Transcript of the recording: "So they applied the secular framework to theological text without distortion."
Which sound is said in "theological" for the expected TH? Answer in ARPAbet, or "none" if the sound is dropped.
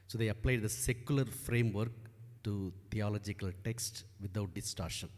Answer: T